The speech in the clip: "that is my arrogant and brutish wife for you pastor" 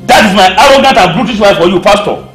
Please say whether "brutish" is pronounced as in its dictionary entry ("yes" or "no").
no